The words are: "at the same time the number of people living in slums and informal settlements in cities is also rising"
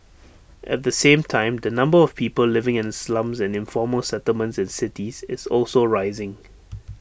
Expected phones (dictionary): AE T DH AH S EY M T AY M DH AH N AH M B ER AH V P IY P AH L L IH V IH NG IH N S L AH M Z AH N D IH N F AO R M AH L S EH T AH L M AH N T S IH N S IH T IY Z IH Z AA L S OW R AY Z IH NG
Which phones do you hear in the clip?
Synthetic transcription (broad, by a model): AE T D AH S EY M T AY M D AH N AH M B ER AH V P IY P AH L L IH V IH NG IH N S L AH M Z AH N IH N F AO M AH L S EH T AH L M AH N T S IH N S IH T IY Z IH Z AA L S OW R AY Z IH NG